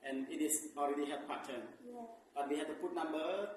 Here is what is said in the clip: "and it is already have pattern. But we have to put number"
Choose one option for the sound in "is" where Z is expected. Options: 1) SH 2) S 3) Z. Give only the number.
2